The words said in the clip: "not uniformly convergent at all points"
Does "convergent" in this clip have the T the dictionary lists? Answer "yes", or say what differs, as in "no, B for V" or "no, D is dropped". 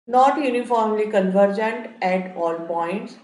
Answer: yes